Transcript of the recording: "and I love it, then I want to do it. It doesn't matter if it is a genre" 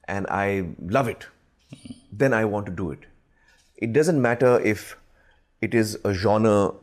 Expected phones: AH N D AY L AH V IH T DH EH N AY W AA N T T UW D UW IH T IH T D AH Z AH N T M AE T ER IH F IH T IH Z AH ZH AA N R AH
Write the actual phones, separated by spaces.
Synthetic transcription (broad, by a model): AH N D AY L AH V IH T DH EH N AY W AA N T T UW D UW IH T IH T D AH Z AH N T M AE T ER IH F IH T IH Z AH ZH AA N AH